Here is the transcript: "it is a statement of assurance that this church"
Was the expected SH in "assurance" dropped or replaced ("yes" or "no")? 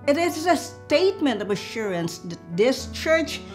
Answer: no